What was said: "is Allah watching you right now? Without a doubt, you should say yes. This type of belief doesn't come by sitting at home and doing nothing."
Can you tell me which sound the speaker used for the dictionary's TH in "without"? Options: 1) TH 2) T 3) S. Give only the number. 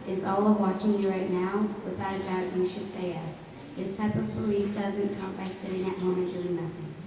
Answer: 1